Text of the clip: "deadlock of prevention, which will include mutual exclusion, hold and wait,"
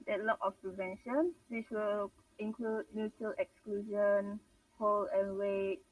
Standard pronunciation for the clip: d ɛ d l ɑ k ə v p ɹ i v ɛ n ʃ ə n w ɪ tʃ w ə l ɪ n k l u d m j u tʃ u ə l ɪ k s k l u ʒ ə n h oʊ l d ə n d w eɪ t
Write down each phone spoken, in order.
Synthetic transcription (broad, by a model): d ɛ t l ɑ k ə f p ɹ i v ɛ n ʃ ə n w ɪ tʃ w ə l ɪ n k l u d m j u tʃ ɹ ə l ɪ k s k l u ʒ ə n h oʊ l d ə n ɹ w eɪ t